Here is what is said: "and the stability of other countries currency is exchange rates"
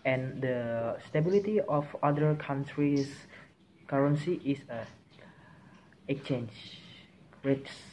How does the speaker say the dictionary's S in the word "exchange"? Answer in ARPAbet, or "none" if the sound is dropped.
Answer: none